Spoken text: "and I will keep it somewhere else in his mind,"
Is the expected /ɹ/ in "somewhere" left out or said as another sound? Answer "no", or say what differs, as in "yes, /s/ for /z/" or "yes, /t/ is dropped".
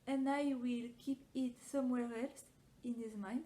no